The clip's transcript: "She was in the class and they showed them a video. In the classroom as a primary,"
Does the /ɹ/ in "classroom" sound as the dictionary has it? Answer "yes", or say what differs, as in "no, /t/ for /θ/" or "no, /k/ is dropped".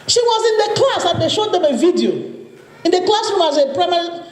no, /ɹ/ is dropped